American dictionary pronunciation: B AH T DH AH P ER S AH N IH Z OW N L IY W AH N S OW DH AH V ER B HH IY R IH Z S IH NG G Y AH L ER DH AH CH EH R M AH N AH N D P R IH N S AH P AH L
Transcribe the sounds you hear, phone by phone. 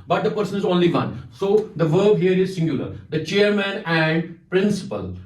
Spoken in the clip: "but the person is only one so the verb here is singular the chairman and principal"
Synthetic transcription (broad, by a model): B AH T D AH P ER S AH N IH Z OW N L IY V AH N S OW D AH V ER B HH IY R IH Z S IH NG G Y AH L ER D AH CH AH R M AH N AH N D P R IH N S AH P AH L